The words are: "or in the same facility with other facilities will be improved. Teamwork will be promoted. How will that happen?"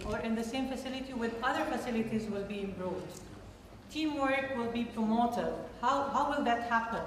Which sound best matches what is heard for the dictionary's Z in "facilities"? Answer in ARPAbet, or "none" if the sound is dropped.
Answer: Z